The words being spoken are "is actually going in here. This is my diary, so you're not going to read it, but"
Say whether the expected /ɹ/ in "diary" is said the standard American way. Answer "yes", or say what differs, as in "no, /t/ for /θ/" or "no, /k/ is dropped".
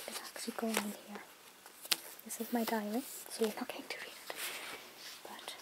no, /ɹ/ is dropped